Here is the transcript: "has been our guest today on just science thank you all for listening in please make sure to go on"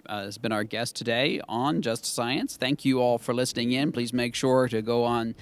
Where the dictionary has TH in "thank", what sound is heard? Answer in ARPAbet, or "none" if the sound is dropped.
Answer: TH